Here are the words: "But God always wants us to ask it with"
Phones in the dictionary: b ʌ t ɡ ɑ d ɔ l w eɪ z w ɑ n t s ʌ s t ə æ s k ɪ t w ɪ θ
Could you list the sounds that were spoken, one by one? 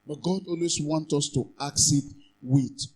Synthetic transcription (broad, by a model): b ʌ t ɡ ɑ d ɔ l w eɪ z w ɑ n t ɔ s t ə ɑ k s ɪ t w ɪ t